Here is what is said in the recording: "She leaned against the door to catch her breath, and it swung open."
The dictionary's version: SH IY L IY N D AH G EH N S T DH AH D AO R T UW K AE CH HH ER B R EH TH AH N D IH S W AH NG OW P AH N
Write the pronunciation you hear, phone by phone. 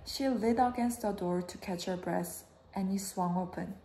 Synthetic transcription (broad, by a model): SH IY L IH D AH G EH N S T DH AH D AO R T UW K AE CH HH ER B R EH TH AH N IH S W AH NG OW P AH N